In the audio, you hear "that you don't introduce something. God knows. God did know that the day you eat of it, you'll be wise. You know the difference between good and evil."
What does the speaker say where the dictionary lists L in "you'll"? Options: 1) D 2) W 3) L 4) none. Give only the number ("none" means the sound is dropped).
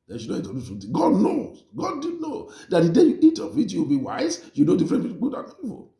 2